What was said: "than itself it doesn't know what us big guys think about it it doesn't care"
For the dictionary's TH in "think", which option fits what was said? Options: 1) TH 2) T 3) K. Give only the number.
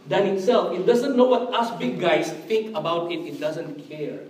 2